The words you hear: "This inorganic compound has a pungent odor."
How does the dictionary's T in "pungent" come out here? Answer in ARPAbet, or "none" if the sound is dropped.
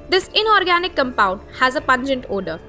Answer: T